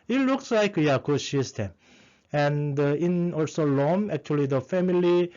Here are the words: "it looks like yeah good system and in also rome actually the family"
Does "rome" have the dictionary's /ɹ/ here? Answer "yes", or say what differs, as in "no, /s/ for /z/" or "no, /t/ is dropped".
no, /l/ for /ɹ/